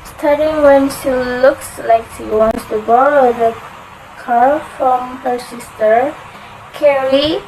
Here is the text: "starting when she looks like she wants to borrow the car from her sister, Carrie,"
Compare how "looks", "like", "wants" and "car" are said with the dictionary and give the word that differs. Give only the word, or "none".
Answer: none